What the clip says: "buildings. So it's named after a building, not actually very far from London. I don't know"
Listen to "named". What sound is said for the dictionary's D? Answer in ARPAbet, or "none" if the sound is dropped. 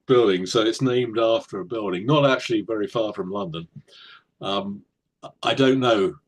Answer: D